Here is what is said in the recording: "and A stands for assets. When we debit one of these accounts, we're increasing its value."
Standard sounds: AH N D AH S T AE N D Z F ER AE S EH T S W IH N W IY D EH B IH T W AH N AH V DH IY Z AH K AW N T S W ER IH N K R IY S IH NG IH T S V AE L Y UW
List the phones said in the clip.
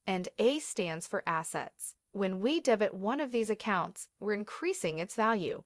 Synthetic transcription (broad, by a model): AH N D AH S T AE N D Z F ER AE S EH T S W IH N W IY D EH B IH T W AH N AH V DH IY Z AH K AW N T S W ER IH N K R IY S IH NG IH T S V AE L Y UW